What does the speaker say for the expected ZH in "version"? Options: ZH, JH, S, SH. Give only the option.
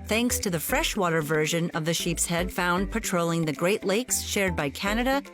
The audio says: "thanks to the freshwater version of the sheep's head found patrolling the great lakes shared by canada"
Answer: ZH